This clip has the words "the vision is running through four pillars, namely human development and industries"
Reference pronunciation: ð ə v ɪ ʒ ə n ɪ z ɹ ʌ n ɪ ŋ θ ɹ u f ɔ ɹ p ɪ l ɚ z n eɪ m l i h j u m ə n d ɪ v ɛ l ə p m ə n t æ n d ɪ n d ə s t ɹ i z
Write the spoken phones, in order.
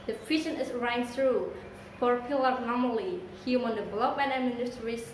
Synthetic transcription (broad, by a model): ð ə f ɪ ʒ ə n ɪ s ɹ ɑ ɪ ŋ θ ɹ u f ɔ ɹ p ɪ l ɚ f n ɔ m l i h j u m ə n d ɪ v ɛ l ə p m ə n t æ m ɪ n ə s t ɹ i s